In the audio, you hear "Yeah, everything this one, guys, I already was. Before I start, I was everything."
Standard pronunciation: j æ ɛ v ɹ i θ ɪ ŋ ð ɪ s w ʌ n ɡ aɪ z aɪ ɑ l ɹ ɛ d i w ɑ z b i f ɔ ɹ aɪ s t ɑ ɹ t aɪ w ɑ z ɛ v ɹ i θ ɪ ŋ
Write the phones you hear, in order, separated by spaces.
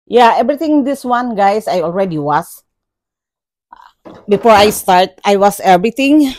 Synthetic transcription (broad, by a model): j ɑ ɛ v ɹ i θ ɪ ŋ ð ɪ s w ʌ n ɡ aɪ s aɪ ɑ l ɹ ɛ d i w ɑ s b i f ɔ ɹ aɪ s t ɑ ɹ t aɪ w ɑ s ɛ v ɹ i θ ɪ ŋ